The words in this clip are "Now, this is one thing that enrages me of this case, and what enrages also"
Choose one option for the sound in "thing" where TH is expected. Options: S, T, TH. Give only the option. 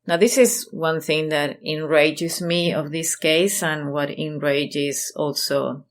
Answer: TH